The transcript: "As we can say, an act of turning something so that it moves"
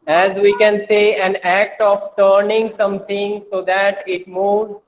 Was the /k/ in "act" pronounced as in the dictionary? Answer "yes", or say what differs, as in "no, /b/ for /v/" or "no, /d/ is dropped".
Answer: yes